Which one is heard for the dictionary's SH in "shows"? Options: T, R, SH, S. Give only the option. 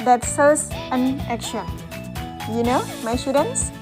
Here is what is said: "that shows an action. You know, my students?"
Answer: S